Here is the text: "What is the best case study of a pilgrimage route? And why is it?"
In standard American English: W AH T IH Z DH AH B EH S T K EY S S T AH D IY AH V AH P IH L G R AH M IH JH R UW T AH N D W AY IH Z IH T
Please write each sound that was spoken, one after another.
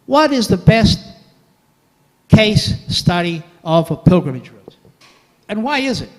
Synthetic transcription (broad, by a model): W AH T IH Z DH AH B EH S T K EY S S T AH D IY AH V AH P IH L G R AH M IH JH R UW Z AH N W AY IH Z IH T